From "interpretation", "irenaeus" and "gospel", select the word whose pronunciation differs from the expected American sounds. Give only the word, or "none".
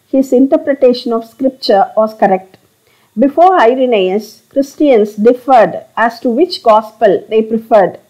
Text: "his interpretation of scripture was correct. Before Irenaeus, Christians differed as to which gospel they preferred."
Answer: none